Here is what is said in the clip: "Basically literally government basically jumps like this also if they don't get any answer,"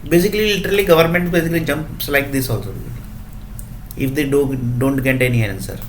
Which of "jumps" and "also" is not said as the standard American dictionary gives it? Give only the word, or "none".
none